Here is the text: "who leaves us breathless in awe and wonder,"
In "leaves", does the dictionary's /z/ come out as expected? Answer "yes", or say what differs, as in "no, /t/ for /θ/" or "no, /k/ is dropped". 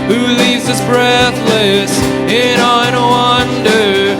yes